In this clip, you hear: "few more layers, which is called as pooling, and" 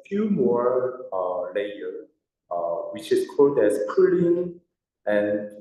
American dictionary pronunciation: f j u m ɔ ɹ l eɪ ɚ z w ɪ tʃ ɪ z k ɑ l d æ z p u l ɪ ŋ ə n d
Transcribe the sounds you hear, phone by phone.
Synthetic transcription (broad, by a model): f j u m ɔ ɹ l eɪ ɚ w ɪ tʃ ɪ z k ɑ l d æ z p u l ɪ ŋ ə n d